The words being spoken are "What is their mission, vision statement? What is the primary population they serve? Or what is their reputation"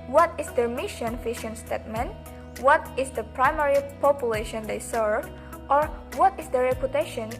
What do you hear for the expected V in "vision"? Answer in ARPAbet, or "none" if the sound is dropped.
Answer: F